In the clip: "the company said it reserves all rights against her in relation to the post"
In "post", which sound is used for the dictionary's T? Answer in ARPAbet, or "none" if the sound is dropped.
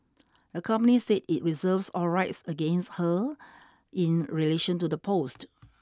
T